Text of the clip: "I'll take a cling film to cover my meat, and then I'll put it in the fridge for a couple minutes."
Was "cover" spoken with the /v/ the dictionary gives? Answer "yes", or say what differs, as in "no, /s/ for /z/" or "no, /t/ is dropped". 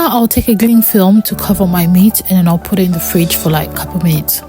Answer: yes